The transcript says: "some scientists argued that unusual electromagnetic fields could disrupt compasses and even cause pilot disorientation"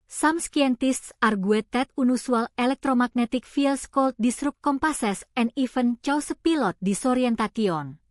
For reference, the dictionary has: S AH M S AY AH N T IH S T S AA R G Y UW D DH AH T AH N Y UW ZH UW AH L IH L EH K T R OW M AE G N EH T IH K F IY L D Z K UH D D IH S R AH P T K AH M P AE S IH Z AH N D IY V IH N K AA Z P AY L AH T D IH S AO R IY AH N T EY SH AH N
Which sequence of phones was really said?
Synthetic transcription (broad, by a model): S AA M S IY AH N T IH S T S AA R G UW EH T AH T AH N UW S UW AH L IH L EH K T R OW M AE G N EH T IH K F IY L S K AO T D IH S R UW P K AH M P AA S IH S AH N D IY F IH N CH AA S P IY L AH T D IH S AO R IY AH N T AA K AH N